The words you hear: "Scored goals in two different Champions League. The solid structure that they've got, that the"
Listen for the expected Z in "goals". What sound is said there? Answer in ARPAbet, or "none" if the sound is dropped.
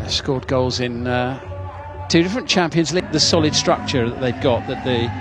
Z